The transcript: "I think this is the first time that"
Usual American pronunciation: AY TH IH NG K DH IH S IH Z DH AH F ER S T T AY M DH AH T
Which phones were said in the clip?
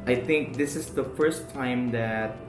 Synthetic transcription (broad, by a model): AY TH IH NG K DH IH S IH Z DH AH F ER S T T AY M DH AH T